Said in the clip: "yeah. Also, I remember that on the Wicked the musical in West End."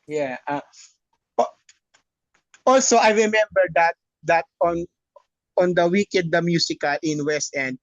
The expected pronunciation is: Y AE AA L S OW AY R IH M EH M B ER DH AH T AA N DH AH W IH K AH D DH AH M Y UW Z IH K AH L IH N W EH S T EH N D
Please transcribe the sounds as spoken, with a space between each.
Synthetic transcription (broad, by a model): Y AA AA L S OW AY R IH M EH M B ER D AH T AA N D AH W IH K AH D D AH M Y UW S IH K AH L IH N W EH S T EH N D